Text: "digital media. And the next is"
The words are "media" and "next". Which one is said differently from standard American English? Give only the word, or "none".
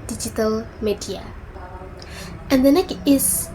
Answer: next